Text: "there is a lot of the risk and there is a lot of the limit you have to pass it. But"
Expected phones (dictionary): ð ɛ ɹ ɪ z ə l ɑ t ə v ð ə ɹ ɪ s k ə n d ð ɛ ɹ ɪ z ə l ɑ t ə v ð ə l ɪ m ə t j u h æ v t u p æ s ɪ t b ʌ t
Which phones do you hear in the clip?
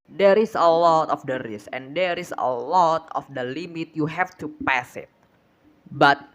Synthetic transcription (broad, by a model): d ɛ ɹ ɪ s ə l ɑ t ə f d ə ɹ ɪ s ə n d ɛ ɹ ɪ s ə l ɑ t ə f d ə l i m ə t j u h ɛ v t u p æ s ɪ t b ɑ t